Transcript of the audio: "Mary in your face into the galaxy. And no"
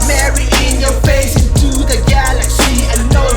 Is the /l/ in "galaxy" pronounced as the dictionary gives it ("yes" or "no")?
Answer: yes